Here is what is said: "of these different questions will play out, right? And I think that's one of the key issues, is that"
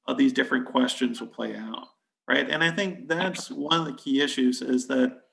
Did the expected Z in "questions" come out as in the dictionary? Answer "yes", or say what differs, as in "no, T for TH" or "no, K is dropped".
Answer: yes